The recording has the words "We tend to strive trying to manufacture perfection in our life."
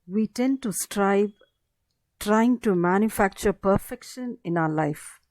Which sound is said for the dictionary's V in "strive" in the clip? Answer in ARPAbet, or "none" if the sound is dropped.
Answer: B